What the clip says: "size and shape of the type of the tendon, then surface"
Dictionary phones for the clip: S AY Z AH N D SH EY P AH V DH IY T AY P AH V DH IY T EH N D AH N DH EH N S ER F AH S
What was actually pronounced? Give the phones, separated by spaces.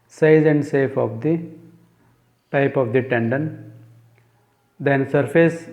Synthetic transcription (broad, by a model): S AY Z AH N D S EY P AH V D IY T AY P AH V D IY T EH N D AH N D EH N S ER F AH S